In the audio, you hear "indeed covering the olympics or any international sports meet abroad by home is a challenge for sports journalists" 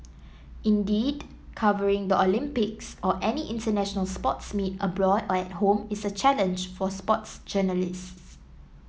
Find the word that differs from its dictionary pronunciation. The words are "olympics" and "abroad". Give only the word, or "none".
none